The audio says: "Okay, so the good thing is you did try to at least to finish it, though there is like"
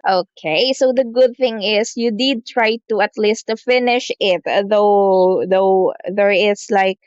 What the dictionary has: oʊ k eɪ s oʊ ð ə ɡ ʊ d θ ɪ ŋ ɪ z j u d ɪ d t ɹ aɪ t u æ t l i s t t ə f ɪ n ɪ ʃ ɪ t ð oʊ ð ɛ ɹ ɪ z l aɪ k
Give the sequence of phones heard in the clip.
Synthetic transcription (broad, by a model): oʊ k eɪ s oʊ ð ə ɡ ʊ d θ ɪ ŋ ɪ s j u d ɪ d t ɹ aɪ t u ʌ t l i s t t f ɪ n ɪ ʃ ɪ t ð oʊ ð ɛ ɹ ɪ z l aɪ k